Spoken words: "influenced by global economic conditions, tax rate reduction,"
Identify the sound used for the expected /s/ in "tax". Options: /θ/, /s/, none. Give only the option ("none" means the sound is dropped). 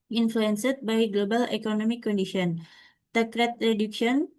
none